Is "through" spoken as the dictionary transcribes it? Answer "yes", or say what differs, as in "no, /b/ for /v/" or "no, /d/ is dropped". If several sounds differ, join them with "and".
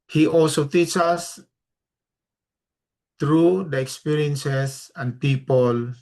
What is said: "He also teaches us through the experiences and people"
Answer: no, /t/ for /θ/